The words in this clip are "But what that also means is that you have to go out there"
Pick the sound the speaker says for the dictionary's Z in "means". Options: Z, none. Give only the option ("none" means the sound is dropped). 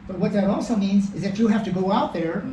Z